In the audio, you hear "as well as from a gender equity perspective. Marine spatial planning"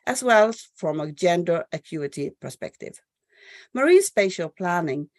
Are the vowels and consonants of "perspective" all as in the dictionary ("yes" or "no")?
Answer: yes